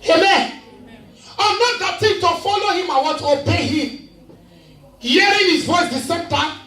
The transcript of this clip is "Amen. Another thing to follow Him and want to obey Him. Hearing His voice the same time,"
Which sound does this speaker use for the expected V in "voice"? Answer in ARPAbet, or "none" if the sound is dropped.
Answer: W